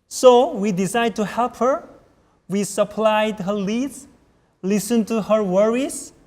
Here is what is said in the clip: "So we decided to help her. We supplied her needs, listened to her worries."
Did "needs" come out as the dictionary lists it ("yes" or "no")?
no